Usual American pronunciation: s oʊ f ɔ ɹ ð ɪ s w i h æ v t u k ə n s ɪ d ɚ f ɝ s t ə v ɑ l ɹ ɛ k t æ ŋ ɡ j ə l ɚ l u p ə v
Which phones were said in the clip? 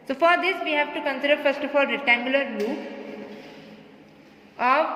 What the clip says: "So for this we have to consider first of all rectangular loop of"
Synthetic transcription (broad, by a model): s oʊ f ɔ ɹ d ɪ s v i h æ v t u k ə n s ɪ d ɚ f ɝ s t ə f ɑ l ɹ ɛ t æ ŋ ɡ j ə l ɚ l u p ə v